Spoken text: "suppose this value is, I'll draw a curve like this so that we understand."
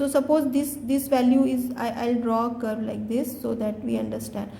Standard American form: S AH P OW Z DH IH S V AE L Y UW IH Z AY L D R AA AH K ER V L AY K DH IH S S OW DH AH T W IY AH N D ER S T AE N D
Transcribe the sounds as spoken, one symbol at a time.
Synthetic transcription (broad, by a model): S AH P OW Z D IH S V AE L Y UW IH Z AY L D R AA AH K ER B L AY K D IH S S OW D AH T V IY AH N D ER S T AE N D